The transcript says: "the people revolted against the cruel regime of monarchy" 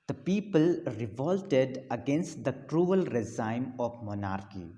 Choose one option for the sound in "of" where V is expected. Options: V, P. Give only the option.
P